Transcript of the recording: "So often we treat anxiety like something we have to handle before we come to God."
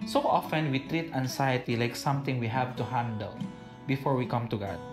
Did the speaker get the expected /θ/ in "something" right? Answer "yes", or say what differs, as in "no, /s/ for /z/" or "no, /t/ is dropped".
no, /t/ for /θ/